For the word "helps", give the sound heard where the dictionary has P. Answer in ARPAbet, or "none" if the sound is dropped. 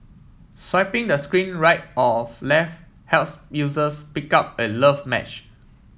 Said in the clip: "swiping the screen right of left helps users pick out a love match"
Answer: none